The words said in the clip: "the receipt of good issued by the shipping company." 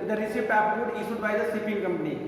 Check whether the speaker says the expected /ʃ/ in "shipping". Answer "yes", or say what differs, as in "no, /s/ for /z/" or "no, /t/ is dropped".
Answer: no, /s/ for /ʃ/